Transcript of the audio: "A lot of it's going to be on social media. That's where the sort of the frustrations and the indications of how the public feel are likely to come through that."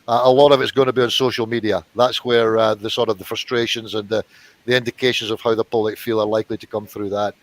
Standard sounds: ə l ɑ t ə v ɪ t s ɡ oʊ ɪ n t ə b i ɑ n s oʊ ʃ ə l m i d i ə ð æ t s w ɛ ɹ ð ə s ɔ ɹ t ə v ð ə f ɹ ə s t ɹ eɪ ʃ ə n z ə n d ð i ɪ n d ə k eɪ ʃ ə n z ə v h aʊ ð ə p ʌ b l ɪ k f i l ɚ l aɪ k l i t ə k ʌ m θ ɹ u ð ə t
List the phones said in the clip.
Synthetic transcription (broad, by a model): ə l ɑ t ə v ɪ t s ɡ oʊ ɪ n t ə b i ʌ n s oʊ ʃ ə l m i d i ə ð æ t s w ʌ ɹ ð ə s ɔ ɹ t ə v ð ə f ɹ ə s t ɹ eɪ ʃ ə n z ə n ð i ɪ n d ə k eɪ ʃ ə n z ə v h aʊ ð ə p ʌ b l ɪ k f i l ɚ l aɪ k l i t ə k ʌ m θ ɹ u ð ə t